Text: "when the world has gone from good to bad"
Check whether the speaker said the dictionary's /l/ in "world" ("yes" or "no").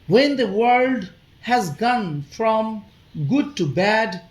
yes